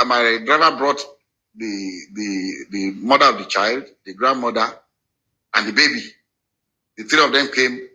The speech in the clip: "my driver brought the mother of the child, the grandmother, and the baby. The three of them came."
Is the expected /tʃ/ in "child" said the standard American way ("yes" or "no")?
yes